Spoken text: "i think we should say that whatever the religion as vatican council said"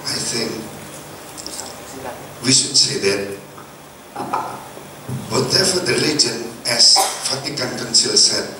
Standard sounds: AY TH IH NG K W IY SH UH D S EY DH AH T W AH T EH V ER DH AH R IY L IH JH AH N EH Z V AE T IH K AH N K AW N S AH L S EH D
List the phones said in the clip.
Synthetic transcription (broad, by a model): AY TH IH NG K W IY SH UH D S EY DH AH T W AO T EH F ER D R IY L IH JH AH N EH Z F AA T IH K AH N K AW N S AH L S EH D